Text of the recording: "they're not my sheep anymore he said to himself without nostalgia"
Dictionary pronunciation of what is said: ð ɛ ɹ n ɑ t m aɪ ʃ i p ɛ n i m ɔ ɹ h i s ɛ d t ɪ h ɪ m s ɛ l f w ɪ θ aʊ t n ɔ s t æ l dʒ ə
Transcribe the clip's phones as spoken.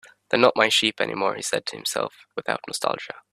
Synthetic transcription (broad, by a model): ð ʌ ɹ n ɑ t m aɪ ʃ i p ɛ n i m ɔ ɹ h i s ɛ d t ɪ h ɪ m s ɛ l f w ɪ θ aʊ t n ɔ s t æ l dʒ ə